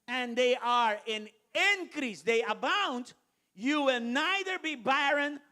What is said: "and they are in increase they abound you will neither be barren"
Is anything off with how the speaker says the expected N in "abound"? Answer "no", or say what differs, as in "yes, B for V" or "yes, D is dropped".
no